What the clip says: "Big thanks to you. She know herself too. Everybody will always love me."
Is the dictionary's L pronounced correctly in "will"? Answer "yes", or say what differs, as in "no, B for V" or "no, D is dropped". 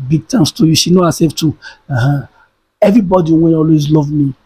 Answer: no, N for L